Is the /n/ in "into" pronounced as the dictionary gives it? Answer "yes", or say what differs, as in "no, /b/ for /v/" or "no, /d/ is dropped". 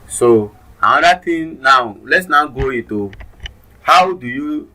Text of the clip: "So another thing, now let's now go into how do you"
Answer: no, /n/ is dropped